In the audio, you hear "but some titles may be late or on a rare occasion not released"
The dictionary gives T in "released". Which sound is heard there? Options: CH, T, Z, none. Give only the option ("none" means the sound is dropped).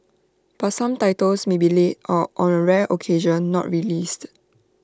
T